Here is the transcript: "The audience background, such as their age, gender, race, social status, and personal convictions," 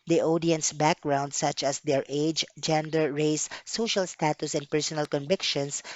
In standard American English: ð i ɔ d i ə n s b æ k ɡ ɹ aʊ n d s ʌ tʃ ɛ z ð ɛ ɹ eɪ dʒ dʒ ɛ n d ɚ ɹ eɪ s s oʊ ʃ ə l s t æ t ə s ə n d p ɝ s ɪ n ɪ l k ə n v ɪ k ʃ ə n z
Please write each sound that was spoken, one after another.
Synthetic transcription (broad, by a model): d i ɔ d i ə n s b æ k ɡ ɹ aʊ n d s ʌ tʃ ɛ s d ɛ ɹ eɪ dʒ dʒ ɛ n d ɚ ɹ eɪ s s oʊ ʃ ə l s t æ t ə s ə n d p ɝ s ɪ n ɪ l k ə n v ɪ k ʃ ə n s